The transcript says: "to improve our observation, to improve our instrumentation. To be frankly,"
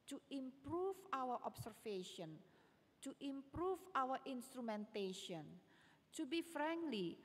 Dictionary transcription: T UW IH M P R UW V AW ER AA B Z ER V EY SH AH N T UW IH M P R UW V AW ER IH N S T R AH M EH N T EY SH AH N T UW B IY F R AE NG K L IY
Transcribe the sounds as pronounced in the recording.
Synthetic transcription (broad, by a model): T UW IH M P R UW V AW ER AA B S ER F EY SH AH N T UW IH M P R UW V AW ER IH N S T R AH M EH N T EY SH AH N T UW B IY F R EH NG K L IY